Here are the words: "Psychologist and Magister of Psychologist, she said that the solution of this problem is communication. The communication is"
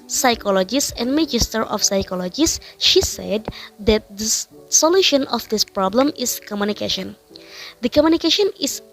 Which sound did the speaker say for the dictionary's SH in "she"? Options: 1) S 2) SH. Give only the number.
2